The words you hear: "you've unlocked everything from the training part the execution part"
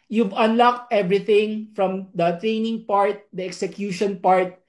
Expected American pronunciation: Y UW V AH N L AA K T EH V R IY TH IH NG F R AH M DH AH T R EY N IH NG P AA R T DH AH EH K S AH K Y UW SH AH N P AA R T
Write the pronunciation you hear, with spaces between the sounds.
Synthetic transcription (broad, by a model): Y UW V AH N L AA K T EH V R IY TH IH NG F R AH M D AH T R EY N IH NG P AA R T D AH EH K S AH K Y UW SH AH N P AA R T